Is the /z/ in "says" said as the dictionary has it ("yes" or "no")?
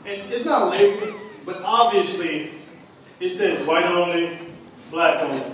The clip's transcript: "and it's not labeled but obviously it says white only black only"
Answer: yes